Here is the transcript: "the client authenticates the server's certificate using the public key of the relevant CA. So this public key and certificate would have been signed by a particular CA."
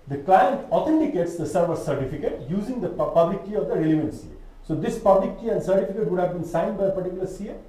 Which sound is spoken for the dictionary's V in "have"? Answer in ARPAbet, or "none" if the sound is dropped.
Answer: V